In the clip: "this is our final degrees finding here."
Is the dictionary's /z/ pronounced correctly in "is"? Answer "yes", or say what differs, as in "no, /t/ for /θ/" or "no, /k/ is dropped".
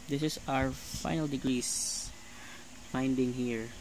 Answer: no, /s/ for /z/